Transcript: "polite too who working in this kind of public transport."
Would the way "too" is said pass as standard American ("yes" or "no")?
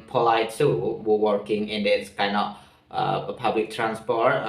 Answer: no